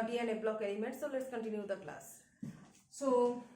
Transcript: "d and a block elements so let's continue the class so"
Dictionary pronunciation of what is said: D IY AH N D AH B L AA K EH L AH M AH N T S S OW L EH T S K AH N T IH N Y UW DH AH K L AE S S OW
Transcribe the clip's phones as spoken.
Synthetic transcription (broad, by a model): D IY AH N AH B L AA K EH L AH M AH T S S OW L EH T S K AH N T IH N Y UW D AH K L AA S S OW